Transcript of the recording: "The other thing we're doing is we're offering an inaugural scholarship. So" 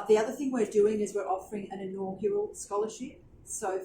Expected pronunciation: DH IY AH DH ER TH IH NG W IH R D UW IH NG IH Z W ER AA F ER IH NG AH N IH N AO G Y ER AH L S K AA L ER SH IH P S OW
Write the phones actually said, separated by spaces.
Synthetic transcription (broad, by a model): DH IY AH DH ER TH IH NG W IH R D UW IH NG IH Z W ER AA F ER IH NG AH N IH N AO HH Y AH L S K AA L ER SH IH P S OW